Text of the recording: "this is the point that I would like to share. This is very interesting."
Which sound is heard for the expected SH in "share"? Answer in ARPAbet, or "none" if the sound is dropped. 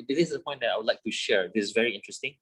SH